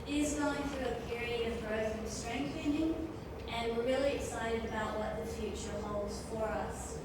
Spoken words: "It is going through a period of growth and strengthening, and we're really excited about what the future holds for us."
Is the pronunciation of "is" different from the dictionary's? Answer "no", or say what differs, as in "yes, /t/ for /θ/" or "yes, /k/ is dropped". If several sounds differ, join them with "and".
no